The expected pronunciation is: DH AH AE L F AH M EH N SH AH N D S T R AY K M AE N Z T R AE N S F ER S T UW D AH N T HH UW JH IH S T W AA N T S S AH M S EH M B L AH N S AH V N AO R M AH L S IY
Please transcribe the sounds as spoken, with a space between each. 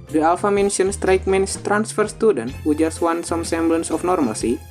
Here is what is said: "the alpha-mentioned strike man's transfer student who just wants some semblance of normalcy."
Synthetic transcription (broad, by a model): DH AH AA L F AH M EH N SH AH N S T R AY K M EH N S T R AE N S F ER S T UW D AH N T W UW JH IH S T W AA N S S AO M S EH M B L AH N S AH F N AO R M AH L S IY